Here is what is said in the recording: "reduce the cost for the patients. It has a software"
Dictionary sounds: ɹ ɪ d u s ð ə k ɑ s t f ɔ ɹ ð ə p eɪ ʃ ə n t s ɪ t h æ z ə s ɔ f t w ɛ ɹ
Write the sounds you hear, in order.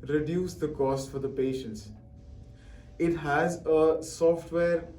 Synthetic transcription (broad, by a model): ɹ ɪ d u s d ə k ɑ s t f ɔ ɹ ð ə p eɪ ʃ ə n t s ɪ t h æ z ə s ɔ f t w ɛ ɹ